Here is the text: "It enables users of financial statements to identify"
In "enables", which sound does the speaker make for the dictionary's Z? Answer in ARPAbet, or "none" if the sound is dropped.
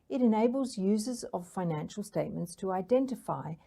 Z